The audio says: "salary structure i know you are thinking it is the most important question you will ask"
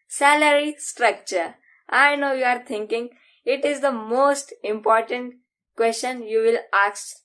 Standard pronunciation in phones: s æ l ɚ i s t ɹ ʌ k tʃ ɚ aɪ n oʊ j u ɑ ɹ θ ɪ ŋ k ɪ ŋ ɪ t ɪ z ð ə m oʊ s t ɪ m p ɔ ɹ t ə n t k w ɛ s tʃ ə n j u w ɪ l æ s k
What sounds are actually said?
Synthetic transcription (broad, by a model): s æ l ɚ i s t ɹ ʌ k tʃ ɚ aɪ n oʊ j u ɑ ɹ t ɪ ŋ k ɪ ŋ ɪ t ɪ z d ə m oʊ s t ɪ m p ɔ ɹ t ə n t k w ɛ s tʃ ə n j u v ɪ l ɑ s